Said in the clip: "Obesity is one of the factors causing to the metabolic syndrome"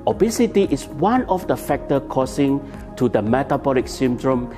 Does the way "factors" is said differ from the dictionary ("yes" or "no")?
yes